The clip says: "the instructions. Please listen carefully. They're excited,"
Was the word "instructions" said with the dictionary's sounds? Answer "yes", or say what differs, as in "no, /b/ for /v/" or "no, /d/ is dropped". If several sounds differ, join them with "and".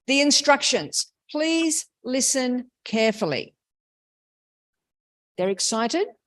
yes